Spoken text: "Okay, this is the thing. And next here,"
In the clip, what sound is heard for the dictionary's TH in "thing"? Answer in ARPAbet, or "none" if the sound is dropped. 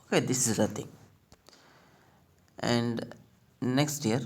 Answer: T